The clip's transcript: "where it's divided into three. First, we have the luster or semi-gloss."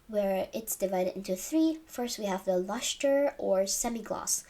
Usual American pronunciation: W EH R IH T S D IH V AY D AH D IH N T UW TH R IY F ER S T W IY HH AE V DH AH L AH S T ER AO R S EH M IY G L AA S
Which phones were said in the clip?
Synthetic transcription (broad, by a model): W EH R IH T S D IH V AY D AH D IH N T UW TH R IY F ER S T W IY HH AE V DH AH L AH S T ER AO R S EH M IY G L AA S